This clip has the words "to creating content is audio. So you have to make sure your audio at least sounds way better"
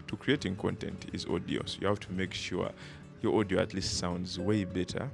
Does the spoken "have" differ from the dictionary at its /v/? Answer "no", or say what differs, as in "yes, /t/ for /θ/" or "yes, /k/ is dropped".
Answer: yes, /f/ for /v/